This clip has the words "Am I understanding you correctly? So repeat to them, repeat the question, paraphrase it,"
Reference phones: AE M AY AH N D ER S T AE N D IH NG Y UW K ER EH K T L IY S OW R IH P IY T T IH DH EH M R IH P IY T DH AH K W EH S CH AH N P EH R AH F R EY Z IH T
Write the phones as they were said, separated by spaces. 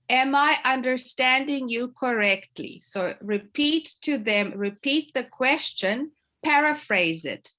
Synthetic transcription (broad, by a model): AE M AY AH N D ER S T AE N D IH NG Y UW K ER EH K T L IY S OW R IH P IY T T IH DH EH M R IH P IY T DH AH K W EH S CH AH N P EH R AH F R EY Z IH T